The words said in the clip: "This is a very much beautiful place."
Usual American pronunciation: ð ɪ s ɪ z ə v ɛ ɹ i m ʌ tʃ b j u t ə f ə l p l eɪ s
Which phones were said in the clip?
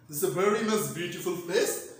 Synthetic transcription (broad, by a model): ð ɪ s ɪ ə v ɛ ɹ i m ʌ s b j u t ə f ə l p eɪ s